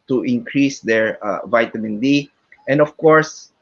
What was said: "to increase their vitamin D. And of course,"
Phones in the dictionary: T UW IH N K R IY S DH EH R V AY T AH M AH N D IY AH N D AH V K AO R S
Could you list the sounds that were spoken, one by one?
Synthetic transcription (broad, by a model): T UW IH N K R IY S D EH R V AY T AH M AH N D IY AH N D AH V K AO R S